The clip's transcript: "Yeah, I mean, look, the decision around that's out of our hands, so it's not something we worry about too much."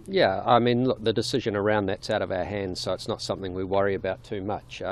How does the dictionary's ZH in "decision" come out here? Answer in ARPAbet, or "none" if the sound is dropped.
ZH